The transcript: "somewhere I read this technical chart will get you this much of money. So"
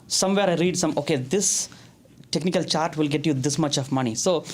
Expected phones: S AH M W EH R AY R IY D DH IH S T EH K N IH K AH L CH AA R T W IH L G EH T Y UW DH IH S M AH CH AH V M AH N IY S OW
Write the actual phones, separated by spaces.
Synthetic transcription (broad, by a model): S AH M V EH R AY R IY D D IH S T EH K N IH K AH L CH AA R T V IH L G EH T Y UW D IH S M AH CH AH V M AH N IY S OW